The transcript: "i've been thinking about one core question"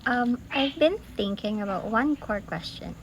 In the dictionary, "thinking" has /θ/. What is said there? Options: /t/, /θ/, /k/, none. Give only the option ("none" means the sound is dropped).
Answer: /θ/